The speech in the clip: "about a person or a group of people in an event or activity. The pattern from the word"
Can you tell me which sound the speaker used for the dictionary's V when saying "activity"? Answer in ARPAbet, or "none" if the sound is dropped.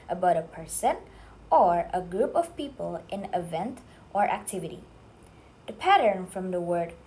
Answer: V